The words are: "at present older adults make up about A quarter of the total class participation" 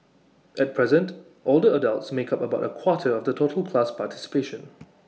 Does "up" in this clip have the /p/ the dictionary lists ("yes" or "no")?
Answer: yes